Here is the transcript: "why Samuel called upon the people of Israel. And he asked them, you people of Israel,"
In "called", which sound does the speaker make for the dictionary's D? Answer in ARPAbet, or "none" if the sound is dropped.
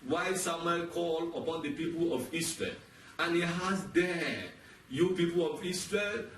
none